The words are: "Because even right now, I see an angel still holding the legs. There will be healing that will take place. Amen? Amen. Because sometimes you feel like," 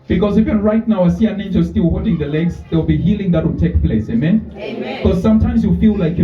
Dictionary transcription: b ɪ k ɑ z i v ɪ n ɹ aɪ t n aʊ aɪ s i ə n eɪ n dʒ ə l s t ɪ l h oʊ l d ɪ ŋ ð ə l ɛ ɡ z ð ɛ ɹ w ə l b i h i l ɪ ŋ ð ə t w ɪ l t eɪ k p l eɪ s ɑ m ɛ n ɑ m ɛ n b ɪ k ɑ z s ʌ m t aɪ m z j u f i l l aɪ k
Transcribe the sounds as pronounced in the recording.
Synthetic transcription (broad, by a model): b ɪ k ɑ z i f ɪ ɹ aɪ t n aʊ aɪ s i ə n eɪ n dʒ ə s t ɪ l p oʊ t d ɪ ŋ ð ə l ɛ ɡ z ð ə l b i h i l ɪ ŋ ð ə t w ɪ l t eɪ k p l eɪ s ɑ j m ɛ n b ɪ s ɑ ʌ m t aɪ m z j u f i l l aɪ k